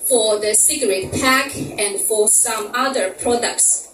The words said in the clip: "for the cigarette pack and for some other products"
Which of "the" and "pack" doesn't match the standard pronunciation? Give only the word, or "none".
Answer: none